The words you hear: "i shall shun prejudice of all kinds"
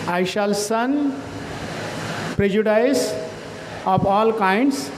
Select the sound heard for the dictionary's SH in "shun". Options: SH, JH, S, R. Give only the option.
S